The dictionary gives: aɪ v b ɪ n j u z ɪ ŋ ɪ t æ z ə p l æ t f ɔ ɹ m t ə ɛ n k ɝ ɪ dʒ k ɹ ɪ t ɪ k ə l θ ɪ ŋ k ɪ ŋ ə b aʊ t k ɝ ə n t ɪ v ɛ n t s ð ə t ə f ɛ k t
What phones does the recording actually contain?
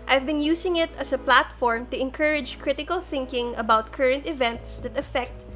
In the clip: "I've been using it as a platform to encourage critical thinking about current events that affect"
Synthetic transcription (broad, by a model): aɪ v b ɪ n j u s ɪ ŋ ɪ t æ s ə p l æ t f ɔ ɹ m t ə ɛ n k ɝ ɪ dʒ k ɹ ɪ t ɪ k ə l θ ɪ ŋ k ɪ ŋ ə b aʊ t k ɝ ə n t ɪ v ɛ n t s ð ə t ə f ɛ k t